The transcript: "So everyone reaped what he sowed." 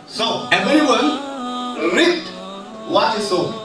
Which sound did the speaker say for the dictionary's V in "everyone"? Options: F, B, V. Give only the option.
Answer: B